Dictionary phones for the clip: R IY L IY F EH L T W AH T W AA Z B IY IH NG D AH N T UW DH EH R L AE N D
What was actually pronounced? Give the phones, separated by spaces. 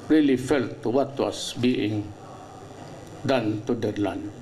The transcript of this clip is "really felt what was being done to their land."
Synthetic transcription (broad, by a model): R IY L IY F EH L T W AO T W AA S B IY IH NG D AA N T UW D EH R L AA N